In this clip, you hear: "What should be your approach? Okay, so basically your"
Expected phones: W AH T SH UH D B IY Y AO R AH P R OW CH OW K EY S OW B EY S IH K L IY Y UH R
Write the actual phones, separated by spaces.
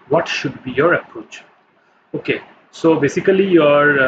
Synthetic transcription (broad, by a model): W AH T SH UH D B IY Y AO R AH P R OW CH OW K EY S OW B EY S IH K L IY Y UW R